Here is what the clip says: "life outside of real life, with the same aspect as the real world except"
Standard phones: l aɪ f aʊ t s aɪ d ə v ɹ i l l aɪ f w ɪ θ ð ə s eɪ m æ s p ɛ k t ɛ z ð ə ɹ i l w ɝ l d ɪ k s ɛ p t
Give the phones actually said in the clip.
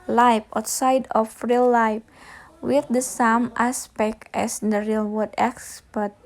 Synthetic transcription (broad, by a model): l aɪ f aʊ t s aɪ d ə f ɹ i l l aɪ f w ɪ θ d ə s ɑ m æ s p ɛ k t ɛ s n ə ɹ i l w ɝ d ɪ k s p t